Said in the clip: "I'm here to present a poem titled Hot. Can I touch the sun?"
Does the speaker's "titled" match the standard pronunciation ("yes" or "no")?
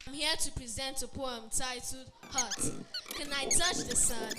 no